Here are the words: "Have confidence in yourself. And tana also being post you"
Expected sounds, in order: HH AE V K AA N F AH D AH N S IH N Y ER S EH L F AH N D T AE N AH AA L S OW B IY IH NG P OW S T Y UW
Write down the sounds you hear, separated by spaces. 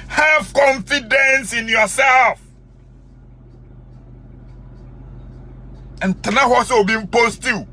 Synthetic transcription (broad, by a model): HH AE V K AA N F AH D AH N S IH N Y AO S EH L F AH N T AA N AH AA S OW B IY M P OW S T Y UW